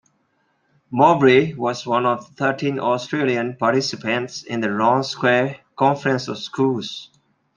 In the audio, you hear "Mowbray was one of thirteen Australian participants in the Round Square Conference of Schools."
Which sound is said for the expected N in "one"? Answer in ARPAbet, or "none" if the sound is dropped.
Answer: N